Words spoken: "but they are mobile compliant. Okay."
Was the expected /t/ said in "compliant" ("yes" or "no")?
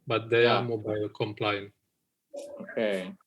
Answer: no